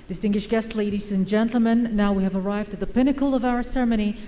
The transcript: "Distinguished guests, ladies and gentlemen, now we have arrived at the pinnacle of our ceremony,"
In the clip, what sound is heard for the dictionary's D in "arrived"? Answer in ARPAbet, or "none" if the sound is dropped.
D